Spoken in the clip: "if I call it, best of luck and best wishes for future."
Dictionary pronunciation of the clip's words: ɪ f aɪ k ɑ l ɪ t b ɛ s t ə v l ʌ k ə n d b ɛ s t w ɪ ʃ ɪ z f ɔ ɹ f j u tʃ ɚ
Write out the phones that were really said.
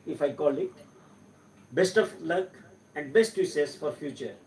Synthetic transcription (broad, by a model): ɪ f aɪ k ɑ l ɪ t b ɛ s t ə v l ʌ k ə n d b ɛ s t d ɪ s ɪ s f ɔ ɹ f j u tʃ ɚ